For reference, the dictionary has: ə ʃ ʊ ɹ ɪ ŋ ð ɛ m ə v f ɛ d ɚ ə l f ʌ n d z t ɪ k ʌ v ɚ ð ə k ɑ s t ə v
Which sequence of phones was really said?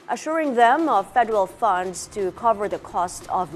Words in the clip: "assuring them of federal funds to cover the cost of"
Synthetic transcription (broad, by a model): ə ʃ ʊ ɹ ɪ ŋ ð ɛ m ə v f ɛ d ɚ ə l f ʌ n d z t ɪ k ʌ v ɚ ð ə k ɑ s t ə v